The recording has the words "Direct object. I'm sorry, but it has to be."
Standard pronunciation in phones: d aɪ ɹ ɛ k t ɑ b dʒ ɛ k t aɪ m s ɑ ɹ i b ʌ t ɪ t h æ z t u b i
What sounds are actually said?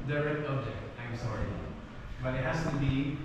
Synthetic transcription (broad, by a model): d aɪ ɹ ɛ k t ɑ b dʒ ɛ k t aɪ m s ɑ ɹ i b ʌ t ɪ t h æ s t u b i